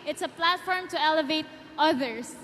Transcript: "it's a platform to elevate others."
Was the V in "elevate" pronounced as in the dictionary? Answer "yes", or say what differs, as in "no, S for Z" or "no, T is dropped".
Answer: yes